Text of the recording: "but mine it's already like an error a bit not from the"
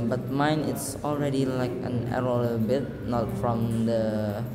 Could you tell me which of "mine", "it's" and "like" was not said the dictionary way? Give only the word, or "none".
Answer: none